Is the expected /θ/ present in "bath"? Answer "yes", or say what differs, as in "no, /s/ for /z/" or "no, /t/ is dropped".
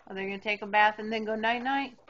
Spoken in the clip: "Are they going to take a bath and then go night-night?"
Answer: yes